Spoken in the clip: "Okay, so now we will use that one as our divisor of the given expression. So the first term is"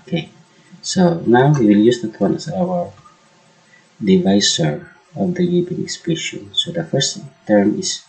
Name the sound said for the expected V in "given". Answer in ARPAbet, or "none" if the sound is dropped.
B